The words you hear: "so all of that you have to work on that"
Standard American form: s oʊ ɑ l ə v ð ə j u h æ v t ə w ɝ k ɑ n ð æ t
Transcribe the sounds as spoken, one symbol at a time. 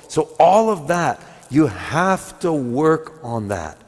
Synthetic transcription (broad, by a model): s oʊ ɑ l ə v ð ə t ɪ h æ f t ə w ɝ k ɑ n ð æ t